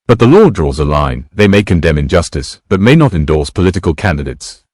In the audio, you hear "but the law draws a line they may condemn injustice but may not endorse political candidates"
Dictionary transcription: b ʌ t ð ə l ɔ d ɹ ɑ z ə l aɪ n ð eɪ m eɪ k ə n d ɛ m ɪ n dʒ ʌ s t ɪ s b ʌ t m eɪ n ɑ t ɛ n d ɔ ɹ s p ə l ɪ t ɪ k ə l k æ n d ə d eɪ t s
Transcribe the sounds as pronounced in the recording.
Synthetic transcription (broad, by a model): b ʌ t ð ə l ɔ d ɹ ɑ z ə l aɪ n ð eɪ m eɪ k ə n d ɛ m ɪ n dʒ ʌ s t ɪ s b ʌ t m eɪ n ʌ t ɛ n d ɔ ɹ s p ə l ɪ t ɪ k ə l k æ n d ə d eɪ t s